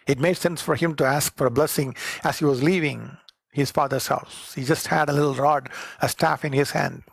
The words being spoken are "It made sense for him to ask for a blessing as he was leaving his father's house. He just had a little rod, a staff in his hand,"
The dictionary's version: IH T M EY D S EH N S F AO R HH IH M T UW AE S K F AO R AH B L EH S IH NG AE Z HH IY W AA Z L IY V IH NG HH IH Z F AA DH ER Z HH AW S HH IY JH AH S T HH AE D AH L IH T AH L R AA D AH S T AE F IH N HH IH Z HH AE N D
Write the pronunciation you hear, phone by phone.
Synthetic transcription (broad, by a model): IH T M EY D S EH N S F AO R HH IH M T UW AE S K F AO R AH B L EH S IH NG AE Z HH IY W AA Z L IY V IH NG HH IH Z F AA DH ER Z HH AW S HH IY JH AH S T HH AE D AH L IH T L R AA D AH S T AE F IH N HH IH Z HH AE N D